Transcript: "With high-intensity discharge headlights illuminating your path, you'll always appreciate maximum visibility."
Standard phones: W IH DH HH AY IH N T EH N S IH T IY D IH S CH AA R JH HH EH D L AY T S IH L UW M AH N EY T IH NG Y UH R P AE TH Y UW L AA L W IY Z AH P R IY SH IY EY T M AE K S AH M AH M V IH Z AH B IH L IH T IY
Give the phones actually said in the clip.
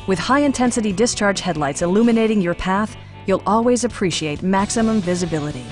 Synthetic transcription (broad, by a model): W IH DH HH AY IH N T EH N S IH T IY D IH S CH AA R JH HH EH D L AY T S IH L UW M AH N EY T IH NG Y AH R P AE TH Y UW L AA L W IY Z AH P R IY SH IY EY T M AE K S AH M AH M V IH Z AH B IH L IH T IY